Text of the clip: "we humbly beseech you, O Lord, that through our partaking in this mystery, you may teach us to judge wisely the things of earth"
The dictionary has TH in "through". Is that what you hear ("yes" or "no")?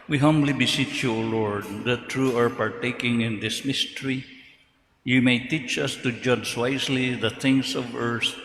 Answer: no